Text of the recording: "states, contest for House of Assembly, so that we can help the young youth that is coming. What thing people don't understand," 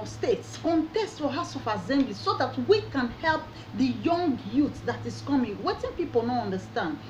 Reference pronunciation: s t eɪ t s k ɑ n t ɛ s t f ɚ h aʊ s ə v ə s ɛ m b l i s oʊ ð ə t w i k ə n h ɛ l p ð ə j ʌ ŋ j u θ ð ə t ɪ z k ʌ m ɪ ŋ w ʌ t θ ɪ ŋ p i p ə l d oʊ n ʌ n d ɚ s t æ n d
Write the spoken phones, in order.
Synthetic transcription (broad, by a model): s t eɪ t s k ɑ n t ɛ s t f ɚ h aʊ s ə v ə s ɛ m b l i s oʊ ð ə t w i k ə n h ɛ l p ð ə j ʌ ŋ j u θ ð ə t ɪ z k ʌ m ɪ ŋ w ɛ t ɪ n p i p ə l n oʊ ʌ n d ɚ s t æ n d